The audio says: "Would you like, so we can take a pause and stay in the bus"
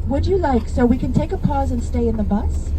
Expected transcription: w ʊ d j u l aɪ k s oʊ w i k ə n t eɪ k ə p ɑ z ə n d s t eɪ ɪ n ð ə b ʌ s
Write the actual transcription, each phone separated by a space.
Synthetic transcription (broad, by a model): w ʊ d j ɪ l aɪ k s oʊ w i k ə n t eɪ k ə p ɑ z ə n s t eɪ ɪ n ð ə b ʌ s